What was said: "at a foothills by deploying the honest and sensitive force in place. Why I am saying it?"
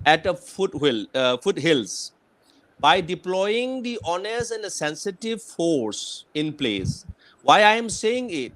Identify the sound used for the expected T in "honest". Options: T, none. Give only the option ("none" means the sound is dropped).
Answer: none